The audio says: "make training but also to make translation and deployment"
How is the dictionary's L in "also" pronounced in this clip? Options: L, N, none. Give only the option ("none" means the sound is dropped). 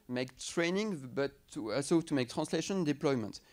none